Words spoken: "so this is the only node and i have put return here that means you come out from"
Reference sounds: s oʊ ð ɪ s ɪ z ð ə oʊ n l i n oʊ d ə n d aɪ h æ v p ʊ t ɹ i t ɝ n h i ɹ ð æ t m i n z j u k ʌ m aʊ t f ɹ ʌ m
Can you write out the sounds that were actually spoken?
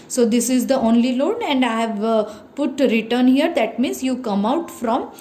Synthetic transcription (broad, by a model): s oʊ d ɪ s ɪ z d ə oʊ n l i l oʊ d ə n d aɪ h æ v p ʊ t ɹ i t ɝ n h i ɹ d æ t m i n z j u k ʌ m aʊ t f ɹ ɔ m